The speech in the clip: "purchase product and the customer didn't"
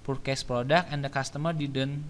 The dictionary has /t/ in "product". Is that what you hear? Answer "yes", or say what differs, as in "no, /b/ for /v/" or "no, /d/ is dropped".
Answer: no, /t/ is dropped